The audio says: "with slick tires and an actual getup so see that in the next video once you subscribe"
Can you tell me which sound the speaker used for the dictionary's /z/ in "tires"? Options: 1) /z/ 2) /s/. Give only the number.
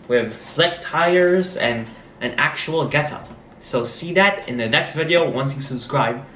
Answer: 1